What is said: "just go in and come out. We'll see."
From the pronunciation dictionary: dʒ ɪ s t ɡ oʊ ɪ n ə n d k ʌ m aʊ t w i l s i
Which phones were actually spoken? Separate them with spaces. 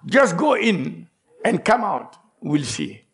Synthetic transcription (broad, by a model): dʒ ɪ s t ɡ oʊ ɪ n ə n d k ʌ m aʊ t w i l s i